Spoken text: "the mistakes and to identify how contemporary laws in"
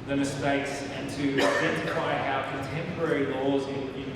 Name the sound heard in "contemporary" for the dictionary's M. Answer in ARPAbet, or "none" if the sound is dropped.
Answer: M